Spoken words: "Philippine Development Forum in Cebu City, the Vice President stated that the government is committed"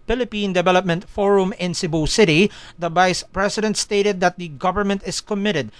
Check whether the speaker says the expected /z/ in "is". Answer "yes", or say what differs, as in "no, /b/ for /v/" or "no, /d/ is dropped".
no, /s/ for /z/